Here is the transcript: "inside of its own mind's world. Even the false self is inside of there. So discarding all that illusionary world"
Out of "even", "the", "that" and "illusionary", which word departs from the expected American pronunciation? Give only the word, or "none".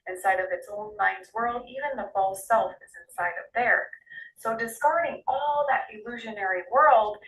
none